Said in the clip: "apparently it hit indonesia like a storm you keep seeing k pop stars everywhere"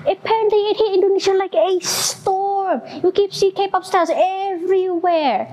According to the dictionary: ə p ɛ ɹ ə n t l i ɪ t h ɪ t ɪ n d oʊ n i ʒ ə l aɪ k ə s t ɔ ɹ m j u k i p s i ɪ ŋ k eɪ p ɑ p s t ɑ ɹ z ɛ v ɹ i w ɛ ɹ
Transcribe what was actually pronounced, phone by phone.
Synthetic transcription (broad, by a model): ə p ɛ ɹ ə n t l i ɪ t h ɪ ɪ n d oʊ n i ʃ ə l aɪ k ə s t ɔ ɹ m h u k i p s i k eɪ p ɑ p s t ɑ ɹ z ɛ v ɹ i w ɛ ɹ